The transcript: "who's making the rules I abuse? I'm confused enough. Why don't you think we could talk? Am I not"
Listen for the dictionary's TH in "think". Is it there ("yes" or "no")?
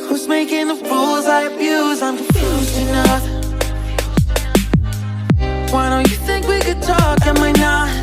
yes